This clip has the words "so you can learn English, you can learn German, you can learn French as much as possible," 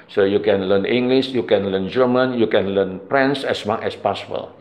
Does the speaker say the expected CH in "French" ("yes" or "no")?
no